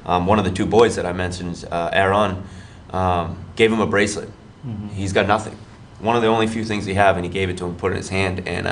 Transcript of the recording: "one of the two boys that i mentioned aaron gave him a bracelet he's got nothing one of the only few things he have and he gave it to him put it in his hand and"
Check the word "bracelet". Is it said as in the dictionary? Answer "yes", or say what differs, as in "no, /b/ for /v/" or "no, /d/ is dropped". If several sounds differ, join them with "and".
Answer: yes